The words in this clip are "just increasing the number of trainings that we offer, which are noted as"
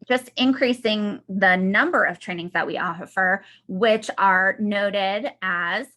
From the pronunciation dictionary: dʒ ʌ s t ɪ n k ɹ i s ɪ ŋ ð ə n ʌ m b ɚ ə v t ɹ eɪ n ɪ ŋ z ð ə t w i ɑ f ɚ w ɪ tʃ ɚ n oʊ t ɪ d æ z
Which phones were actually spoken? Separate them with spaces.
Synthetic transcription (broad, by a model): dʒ ʌ s t ɪ n k ɹ i s ɪ ŋ ð ə n ʌ m b ɚ ə v t ɹ eɪ n ɪ ŋ z ð ə t w i ɑ f ɚ w ɪ tʃ ɚ n oʊ t ɪ d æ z